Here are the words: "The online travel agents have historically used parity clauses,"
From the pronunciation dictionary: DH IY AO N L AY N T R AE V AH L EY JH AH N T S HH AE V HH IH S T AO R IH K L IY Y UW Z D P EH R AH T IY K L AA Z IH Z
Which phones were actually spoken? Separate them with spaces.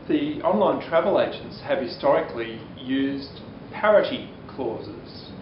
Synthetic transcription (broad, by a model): DH IY AO N L AY N T R AE V AH L EY JH AH N T S HH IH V HH IH S T AO R IH K L IY Y UW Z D P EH R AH T IY K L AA Z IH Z